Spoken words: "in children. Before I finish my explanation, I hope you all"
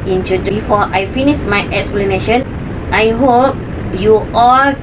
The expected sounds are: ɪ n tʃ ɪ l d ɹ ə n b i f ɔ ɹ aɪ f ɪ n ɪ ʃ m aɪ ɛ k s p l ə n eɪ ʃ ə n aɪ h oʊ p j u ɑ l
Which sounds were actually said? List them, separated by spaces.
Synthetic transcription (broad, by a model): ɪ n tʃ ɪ d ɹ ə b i f ɔ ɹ aɪ f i n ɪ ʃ m aɪ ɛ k s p l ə n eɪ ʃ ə n aɪ h oʊ p j u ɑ l